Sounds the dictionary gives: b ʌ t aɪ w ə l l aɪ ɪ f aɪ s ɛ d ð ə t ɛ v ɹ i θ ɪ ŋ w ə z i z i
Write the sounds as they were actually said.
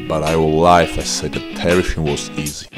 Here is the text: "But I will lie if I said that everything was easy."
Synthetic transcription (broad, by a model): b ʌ t aɪ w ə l l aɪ ɪ f aɪ s ɛ d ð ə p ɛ ɹ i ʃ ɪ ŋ w ə z i z i